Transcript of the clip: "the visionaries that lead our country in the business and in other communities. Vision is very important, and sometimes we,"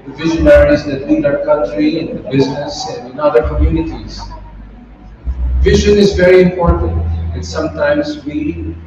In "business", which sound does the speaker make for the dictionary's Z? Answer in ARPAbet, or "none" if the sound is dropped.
Z